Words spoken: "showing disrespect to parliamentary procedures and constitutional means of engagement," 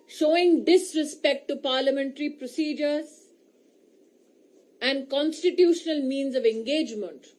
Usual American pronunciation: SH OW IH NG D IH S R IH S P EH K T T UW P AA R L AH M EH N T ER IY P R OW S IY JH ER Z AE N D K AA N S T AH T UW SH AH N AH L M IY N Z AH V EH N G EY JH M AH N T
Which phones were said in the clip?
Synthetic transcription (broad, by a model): SH OW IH NG D IH S R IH S P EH K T T UW P AA R L AH M EH N T ER IY P R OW S IY JH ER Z AE N D K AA N S T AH T UW SH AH N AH L M IY N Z AH V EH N G EY JH M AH N T